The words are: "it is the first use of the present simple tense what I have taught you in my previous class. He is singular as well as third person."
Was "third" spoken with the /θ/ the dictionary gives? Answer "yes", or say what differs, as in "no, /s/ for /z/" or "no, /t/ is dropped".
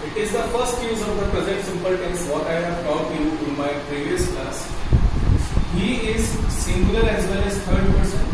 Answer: no, /t/ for /θ/